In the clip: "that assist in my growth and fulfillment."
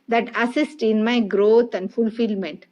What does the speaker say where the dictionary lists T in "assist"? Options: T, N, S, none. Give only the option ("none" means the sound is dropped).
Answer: T